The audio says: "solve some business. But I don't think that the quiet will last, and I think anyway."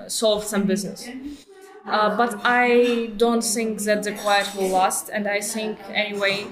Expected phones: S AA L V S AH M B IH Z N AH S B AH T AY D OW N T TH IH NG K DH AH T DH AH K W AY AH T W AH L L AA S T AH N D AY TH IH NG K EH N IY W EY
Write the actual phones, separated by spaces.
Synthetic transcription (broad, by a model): S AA L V S AH M B IH Z N AH S B AH T AY D OW N T TH IH NG K DH AH T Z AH K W AY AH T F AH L L AA S T AH N D AY TH IH NG K EH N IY W EY